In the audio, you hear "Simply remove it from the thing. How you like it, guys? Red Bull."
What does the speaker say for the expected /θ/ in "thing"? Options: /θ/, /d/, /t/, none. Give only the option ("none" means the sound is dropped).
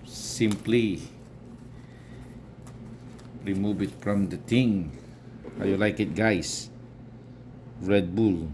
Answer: /t/